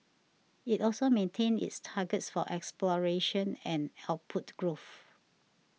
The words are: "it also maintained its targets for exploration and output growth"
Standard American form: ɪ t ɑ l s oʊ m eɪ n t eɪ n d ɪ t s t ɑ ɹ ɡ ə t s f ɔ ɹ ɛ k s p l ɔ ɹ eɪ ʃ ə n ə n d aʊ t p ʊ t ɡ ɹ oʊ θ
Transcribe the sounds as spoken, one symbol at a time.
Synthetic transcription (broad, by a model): ɪ t ɑ l s oʊ m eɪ n t eɪ n ɪ t s t ɑ ɡ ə t s f ɔ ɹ ɛ k s p l ɔ ɹ eɪ ʃ ə n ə n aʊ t p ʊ t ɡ ɹ oʊ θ